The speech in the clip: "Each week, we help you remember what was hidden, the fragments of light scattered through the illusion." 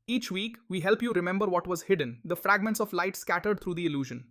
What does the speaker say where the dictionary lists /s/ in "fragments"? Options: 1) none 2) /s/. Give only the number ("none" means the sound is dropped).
2